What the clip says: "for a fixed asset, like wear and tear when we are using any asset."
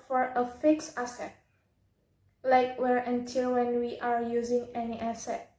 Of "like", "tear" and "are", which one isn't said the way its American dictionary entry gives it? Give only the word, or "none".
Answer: tear